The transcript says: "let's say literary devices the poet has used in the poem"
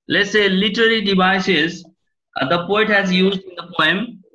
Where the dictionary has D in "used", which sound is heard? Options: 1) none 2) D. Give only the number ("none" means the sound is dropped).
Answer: 2